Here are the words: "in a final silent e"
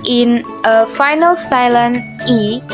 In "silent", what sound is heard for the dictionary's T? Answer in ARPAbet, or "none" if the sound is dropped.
none